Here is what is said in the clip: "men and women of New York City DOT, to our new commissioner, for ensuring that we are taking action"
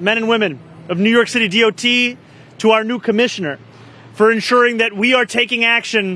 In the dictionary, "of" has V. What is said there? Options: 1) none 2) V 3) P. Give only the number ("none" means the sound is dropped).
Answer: 2